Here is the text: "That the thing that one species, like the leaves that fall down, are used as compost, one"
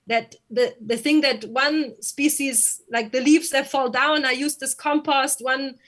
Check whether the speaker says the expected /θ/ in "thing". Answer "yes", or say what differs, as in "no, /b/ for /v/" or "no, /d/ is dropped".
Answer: yes